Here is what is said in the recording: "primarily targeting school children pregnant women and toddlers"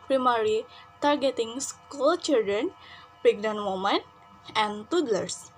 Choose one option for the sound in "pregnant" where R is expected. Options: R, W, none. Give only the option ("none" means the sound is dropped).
none